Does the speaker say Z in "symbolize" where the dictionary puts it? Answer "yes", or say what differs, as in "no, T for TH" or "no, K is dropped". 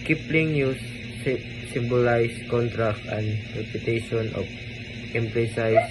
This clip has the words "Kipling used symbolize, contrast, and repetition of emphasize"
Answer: no, S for Z